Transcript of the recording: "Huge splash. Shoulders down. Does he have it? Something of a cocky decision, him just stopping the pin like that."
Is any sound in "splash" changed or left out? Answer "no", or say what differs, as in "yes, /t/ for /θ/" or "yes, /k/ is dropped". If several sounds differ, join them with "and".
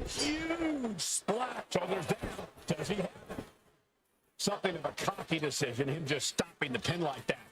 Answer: yes, /p/ is dropped